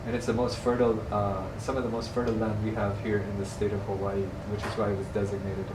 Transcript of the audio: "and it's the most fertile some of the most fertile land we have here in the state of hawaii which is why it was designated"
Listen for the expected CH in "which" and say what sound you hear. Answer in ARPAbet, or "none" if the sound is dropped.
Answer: CH